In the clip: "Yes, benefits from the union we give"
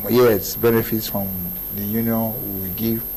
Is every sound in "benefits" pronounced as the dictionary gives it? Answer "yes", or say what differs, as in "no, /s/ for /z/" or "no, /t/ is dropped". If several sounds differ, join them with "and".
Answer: yes